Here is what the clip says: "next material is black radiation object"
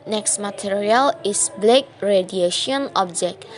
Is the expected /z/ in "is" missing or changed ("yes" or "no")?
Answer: yes